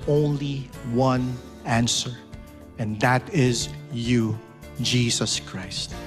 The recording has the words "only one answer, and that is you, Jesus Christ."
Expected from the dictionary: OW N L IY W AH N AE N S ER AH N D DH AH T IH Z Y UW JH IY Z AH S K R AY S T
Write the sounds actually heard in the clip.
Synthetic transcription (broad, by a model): OW N L IY W AH N AE N S ER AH N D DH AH T IH Z Y UW JH IY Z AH S K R AY S T